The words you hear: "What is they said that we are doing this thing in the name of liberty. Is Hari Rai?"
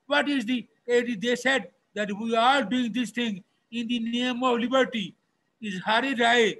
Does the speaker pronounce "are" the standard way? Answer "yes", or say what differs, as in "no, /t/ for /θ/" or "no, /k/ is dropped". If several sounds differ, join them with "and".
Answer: no, /l/ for /ɹ/